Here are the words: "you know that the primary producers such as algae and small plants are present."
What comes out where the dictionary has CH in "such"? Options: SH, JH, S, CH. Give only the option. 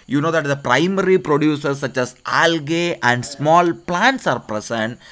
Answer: CH